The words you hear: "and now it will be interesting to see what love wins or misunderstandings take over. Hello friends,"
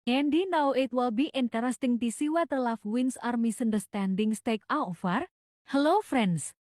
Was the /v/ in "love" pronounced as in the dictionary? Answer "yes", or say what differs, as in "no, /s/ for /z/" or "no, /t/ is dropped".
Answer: no, /f/ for /v/